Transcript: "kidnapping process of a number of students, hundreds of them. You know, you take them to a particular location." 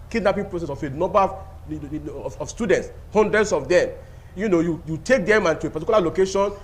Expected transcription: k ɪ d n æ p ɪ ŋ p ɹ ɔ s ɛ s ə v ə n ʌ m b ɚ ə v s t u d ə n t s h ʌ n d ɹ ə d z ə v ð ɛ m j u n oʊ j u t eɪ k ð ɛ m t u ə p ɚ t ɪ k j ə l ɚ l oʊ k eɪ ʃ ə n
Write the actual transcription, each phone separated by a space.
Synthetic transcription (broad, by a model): k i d n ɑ p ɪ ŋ p ɹ ɔ s ɛ s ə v ə n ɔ m b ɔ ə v s t u d ə n t s h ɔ n d ɹ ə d s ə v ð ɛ m j u n oʊ j u t eɪ k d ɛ m t u ə p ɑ t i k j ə l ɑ l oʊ k eɪ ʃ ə n